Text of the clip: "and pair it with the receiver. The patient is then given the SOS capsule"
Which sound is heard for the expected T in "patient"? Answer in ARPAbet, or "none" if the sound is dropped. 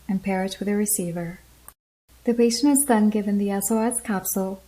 none